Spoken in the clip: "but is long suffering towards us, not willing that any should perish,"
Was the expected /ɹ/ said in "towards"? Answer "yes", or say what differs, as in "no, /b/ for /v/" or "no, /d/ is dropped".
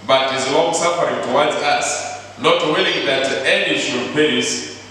no, /w/ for /ɹ/